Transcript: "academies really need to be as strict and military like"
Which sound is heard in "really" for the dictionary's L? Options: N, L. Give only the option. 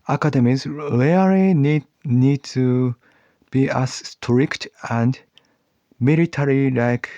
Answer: N